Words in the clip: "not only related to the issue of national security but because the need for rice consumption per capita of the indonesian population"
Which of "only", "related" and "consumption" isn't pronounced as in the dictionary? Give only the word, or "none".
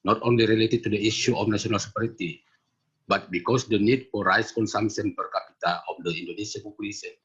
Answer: consumption